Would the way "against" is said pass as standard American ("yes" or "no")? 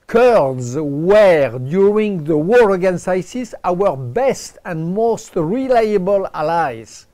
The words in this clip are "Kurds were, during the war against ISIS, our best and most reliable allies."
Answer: no